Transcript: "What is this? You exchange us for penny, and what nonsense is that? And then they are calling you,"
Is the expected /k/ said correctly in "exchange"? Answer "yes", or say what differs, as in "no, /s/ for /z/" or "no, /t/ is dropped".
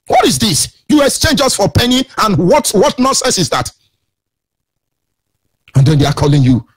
no, /k/ is dropped